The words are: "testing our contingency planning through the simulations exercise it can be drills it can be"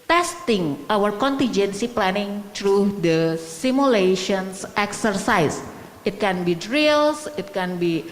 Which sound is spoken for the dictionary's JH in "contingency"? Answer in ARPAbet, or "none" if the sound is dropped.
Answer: JH